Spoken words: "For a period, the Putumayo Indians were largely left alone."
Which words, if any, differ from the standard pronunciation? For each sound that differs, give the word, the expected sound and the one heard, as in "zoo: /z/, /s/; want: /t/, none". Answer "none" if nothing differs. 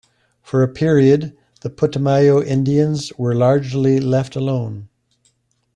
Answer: none